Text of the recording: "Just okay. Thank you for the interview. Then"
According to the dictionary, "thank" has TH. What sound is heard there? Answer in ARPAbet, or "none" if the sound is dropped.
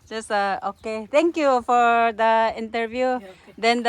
T